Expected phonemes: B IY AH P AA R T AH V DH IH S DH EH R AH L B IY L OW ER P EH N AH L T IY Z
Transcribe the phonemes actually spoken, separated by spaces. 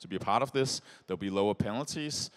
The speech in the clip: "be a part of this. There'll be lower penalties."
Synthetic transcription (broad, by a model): B IY AH P AA R T AH V DH IH S DH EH AH L B IY L OW ER P EH N L T IY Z